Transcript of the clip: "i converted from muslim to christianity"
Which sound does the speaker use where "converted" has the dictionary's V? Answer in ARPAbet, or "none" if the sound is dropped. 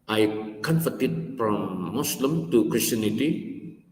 F